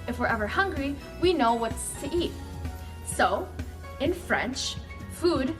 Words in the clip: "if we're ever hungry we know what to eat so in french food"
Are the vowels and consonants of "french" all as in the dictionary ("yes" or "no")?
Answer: yes